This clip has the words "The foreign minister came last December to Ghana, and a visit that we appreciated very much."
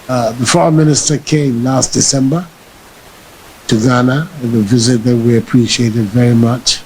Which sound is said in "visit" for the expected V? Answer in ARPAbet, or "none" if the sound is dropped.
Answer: V